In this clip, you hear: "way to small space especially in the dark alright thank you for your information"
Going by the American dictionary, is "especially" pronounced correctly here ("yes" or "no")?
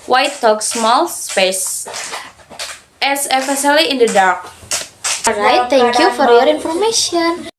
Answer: no